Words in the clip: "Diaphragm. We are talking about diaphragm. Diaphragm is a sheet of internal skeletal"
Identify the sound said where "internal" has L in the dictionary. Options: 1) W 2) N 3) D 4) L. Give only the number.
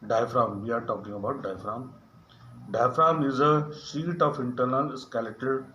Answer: 2